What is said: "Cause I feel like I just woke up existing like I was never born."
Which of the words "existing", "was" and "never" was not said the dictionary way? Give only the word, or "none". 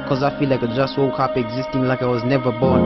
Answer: none